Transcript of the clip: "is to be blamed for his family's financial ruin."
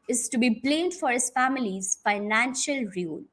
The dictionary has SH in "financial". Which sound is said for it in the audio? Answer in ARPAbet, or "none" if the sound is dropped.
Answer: SH